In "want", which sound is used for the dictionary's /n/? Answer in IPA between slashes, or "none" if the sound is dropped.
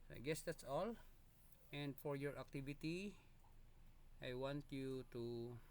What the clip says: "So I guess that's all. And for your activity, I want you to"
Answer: /n/